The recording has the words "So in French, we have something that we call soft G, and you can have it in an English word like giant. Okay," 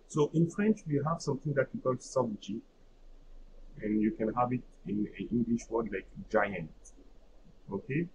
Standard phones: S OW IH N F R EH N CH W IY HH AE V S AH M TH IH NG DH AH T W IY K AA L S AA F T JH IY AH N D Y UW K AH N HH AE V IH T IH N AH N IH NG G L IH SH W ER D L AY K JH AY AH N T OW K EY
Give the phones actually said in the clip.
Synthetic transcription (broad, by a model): S OW IH N F R EH N CH W IY HH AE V S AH M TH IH NG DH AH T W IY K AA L S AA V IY JH IY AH N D Y UW K AH N HH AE V IH T IH N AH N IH NG G L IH SH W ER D L AY K JH AY AH N T OW K EY